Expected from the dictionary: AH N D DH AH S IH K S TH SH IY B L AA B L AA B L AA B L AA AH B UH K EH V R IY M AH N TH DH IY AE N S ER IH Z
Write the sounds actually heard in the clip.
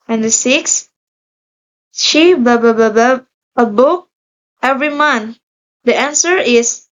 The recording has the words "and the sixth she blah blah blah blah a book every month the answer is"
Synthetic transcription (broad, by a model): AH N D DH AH S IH K S SH IY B AA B AA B AA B AA AH B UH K EH V R IY M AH N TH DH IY AE N S ER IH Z